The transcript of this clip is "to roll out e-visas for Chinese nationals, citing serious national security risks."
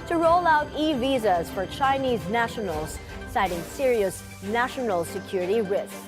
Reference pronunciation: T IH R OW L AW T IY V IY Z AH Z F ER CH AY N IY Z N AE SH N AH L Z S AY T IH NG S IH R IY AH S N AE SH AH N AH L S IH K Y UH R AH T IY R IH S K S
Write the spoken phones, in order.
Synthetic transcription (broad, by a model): T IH R OW L AW T IY V IY Z AH Z F ER CH AY N IY Z N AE SH N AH L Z S AY T IH NG S IH R IY AH S N AE SH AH N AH L S IH K Y UH R AH T IY R IH S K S